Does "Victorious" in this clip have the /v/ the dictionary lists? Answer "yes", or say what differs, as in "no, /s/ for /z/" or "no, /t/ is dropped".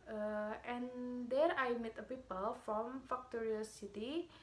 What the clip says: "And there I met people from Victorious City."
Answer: no, /f/ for /v/